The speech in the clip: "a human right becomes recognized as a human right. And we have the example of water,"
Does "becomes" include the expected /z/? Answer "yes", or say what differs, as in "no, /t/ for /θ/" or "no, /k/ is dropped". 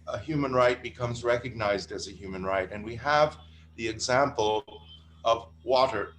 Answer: yes